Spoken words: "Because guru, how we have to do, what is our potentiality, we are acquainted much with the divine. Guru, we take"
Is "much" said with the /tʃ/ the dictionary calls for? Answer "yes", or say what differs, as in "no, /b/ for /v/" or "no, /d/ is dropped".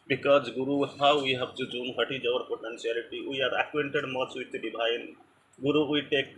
no, /s/ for /tʃ/